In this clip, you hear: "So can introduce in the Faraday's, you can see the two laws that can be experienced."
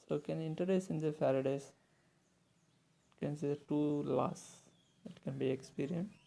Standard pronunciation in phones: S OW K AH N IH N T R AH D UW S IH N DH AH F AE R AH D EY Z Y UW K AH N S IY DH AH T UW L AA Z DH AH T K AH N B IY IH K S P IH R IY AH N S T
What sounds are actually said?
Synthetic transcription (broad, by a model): S OW K AH N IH N T AH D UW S IH N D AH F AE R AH D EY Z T K AH N S IY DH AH T UW L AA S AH T K AH N B IY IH K S P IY R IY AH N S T